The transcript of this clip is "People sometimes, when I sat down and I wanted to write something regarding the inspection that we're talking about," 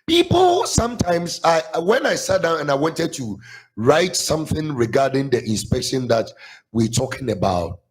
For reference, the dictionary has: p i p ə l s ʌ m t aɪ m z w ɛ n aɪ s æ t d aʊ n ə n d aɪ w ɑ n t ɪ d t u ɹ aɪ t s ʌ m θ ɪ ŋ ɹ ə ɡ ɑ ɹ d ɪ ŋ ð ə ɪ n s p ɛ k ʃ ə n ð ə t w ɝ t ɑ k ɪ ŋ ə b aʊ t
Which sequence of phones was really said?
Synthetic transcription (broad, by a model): p i p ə l s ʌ m t aɪ m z w ɛ n aɪ s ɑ t d aʊ n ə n aɪ w ɑ n t ɪ d t u ɹ aɪ t s ʌ m θ ɪ ŋ ɹ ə ɡ ɑ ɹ d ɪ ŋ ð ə ɪ n s p ɛ k ʃ ə n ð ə t w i t ɑ k ɪ ŋ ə b aʊ t